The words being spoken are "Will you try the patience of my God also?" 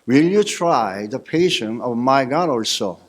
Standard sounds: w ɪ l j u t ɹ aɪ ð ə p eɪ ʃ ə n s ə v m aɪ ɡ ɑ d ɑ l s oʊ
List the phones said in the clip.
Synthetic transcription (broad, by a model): w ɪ l j u t ɹ aɪ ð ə p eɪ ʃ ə n ə v m aɪ ɡ ɑ d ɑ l s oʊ